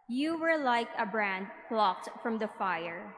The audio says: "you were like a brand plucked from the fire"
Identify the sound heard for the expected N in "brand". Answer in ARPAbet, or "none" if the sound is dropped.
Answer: N